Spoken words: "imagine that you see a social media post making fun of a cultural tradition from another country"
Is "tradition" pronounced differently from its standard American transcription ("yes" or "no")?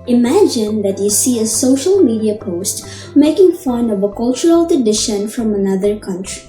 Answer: yes